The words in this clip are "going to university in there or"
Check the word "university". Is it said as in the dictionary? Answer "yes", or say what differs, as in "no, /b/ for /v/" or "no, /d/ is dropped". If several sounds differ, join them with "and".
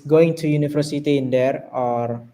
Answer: no, /f/ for /v/